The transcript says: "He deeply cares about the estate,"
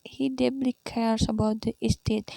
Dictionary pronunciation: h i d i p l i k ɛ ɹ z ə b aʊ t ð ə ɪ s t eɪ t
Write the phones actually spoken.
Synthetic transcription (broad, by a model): h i d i b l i k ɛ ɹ s ə b aʊ t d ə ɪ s t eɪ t